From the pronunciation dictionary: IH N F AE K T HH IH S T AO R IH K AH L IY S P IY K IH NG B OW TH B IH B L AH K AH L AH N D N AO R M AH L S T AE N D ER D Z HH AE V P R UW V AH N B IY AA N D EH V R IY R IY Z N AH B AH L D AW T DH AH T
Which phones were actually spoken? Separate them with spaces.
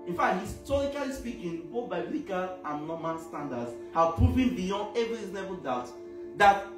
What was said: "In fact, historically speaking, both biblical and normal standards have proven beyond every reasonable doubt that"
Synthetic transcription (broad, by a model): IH N F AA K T HH IH S T AO R IH K AH L IY S P IY K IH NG B OW TH B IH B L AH K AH L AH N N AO M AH N S T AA N D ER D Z HH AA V P R UW V AH N B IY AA N D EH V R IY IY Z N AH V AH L D AW T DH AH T